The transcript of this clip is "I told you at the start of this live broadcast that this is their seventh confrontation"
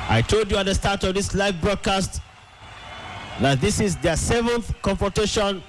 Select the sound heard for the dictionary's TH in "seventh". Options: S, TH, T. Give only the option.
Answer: TH